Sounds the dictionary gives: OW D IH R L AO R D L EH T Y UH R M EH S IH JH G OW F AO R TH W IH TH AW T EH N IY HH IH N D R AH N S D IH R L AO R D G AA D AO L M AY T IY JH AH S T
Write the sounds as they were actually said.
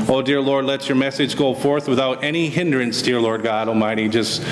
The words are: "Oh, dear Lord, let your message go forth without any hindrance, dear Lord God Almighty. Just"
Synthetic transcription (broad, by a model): OW D IH R L AO R D L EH T Y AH R M EH S IH JH G OW F AO R TH W IH TH AW T EH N IY HH IH N D R AH N S D IH R L AO R D G AA D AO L M AY T IY JH AH S T